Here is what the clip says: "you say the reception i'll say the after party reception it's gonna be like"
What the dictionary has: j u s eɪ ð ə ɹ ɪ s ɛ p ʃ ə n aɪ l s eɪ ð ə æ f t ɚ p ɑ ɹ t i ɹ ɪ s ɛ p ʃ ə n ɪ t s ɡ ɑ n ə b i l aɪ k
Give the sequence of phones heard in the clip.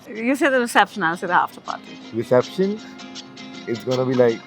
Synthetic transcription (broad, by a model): j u s eɪ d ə ɹ ɪ s ɛ p ʃ ə n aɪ n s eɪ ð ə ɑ f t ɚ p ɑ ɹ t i ɹ ɪ s ɛ p ʃ ə n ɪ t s ɡ ɑ n ə b i l aɪ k